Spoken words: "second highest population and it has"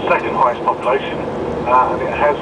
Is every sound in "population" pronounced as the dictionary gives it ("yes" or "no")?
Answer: no